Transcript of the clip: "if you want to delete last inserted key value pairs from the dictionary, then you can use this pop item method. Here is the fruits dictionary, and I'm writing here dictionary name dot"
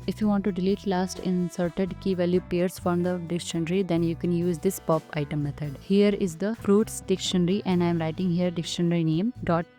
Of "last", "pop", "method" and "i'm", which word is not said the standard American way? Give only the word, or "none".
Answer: method